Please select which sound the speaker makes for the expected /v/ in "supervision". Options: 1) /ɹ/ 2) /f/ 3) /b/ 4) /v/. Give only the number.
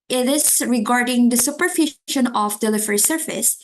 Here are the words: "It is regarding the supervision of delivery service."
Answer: 2